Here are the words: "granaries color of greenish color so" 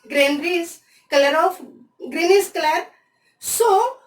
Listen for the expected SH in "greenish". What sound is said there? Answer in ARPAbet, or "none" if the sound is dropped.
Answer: S